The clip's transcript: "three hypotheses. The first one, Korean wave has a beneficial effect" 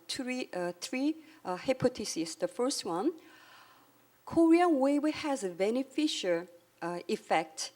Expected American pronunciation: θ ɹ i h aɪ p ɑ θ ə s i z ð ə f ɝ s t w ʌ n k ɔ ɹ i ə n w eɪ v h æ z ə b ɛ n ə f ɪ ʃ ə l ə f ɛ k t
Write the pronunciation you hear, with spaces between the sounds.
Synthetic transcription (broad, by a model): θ ɹ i h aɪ p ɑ t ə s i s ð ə f ɝ s t w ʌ n k ɔ ɹ i ə n w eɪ w h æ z ə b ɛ n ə f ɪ ʃ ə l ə f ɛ k t